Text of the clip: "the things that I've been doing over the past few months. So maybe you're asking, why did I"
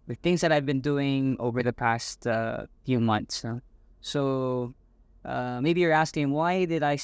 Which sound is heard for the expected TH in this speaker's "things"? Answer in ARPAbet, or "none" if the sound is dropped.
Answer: TH